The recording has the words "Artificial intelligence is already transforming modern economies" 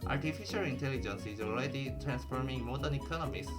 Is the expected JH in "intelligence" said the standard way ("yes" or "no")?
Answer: yes